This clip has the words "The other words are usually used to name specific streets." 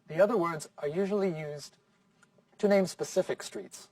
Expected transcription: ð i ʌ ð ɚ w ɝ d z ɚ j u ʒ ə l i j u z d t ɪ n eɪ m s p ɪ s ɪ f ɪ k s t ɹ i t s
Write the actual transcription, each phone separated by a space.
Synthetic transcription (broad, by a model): ð i ʌ ð ɚ w ɝ d z ɚ j u ʒ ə l i j u z t ɪ n eɪ m s p ɪ s ɪ f ɪ k s t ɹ i t s